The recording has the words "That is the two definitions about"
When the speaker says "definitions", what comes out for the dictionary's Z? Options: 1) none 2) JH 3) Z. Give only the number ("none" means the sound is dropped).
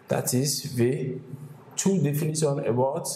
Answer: 1